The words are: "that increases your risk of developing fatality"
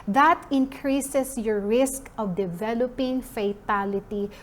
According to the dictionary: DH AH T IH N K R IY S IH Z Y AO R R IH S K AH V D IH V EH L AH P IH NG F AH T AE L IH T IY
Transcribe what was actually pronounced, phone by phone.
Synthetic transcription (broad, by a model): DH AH T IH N K R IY S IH S Y AO R R IH S K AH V D IH V EH L AH P IH NG F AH T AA L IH T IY